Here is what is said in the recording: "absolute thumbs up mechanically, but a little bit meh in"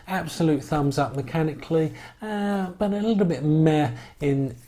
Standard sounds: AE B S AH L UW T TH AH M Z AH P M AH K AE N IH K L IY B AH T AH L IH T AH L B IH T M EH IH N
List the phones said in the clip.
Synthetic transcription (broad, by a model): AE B S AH L UW T TH AH M Z AH P M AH K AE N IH K L IY B AH T AH L IH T L B IH T M EH IH N